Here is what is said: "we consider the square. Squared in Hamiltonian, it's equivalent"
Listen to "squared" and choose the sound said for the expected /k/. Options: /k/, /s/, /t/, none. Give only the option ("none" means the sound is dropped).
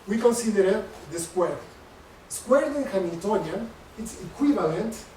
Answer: /k/